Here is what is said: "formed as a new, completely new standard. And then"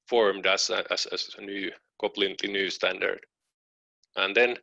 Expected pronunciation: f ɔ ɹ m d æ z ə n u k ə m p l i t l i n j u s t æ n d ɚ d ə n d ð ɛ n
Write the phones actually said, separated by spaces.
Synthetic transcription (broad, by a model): f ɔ ɹ m d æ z ə n u k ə p l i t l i n j u s t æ n d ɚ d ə n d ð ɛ n